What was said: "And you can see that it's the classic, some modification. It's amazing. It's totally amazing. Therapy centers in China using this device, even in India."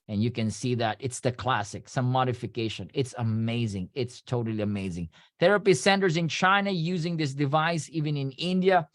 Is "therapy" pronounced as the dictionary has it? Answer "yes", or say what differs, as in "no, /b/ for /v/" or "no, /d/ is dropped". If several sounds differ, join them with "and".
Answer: yes